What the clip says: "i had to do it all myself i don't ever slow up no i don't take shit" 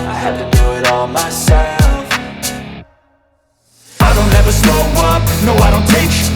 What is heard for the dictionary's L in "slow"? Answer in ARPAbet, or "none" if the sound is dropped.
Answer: none